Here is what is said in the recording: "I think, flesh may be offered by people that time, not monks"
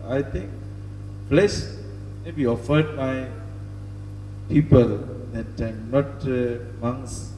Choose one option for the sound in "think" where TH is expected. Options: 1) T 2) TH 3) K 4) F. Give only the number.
1